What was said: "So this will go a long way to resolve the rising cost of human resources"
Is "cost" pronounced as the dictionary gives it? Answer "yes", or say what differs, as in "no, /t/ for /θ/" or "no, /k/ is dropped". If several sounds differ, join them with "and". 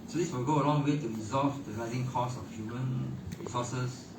no, /t/ is dropped